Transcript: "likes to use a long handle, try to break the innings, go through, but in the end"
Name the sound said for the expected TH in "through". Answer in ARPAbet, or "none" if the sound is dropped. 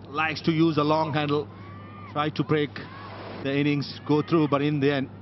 T